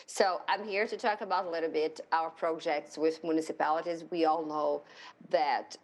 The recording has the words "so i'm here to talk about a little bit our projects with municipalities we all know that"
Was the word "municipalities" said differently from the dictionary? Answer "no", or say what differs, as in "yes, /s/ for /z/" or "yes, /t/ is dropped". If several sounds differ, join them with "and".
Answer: no